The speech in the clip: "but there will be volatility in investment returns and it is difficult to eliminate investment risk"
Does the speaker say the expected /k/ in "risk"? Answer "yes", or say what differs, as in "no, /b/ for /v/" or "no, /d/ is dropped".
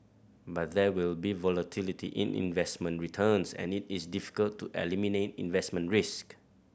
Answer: yes